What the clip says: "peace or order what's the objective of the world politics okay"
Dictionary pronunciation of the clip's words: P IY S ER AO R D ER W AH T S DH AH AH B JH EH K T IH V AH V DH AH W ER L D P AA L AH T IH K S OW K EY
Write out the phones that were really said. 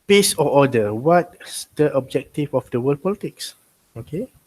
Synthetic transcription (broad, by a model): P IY S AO AO D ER W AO T S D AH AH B JH EH K T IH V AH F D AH W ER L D P AA L AH T IH K S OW K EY